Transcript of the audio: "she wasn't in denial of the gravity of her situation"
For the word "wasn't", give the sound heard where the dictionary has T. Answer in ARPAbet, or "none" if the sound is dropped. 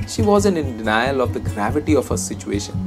none